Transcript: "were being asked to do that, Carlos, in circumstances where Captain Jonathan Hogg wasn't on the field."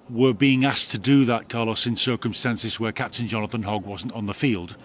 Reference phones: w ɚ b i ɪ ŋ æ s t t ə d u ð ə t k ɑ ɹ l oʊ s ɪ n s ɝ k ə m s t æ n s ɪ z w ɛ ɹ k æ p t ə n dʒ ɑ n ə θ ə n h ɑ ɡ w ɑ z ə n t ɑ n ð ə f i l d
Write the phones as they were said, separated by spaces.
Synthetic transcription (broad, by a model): w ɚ b i ɪ ŋ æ s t t ə d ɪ ð ə t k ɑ l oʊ s ɪ n s ɝ k ə m s t æ n s ɪ z w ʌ ɹ k æ p t ə n dʒ ɑ n ə θ ə n h ɑ ɡ w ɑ z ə n t n ð ə f i l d